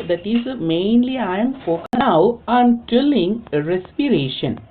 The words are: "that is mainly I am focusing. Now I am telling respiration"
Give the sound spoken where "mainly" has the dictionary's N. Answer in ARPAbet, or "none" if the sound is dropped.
N